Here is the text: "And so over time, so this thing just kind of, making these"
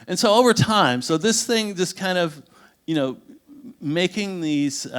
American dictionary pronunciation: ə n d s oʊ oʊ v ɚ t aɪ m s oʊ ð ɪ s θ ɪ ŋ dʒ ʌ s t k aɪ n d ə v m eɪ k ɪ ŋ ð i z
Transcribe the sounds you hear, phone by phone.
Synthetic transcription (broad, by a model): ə n s oʊ oʊ v ɚ t aɪ m s oʊ ð ɪ s θ ɪ ŋ dʒ ʌ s k aɪ n d ə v m eɪ k ɪ ŋ ð i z